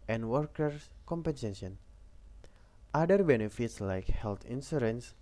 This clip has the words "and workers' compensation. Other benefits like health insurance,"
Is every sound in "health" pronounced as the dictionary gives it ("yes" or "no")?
no